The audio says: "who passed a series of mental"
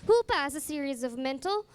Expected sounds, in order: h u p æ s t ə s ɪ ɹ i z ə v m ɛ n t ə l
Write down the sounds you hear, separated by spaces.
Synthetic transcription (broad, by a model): h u p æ s ə s ɪ ɹ i z ə v m ɛ n t l